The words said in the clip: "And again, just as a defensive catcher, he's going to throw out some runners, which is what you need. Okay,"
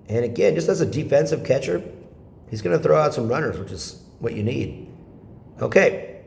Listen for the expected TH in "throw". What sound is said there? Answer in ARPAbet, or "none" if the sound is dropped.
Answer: TH